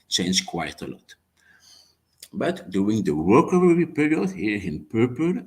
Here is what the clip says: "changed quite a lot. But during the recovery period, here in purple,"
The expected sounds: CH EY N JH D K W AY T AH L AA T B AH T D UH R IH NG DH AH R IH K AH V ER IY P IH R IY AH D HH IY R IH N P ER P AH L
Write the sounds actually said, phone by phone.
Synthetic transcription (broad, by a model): CH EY N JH K W AY T AH L AA T B AH T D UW IH NG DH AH W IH K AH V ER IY P IH R IY AH D HH IY R IH N P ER P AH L